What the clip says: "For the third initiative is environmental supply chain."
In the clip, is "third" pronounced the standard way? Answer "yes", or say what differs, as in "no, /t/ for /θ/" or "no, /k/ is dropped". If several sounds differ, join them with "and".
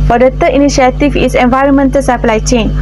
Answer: no, /t/ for /θ/ and /d/ is dropped